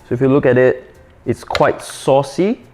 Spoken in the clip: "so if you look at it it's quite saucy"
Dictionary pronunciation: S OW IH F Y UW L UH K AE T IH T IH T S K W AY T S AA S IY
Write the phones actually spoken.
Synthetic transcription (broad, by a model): S OW IH F Y UW L UH K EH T IH T IH T S K W AY T S AA S IY